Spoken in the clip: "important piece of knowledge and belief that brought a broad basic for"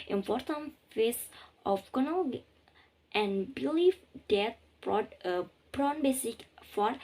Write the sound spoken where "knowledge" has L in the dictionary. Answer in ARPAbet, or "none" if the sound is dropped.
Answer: N